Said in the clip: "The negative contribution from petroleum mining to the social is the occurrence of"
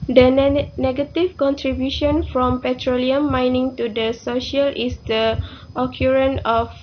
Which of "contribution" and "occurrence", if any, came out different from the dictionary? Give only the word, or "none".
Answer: occurrence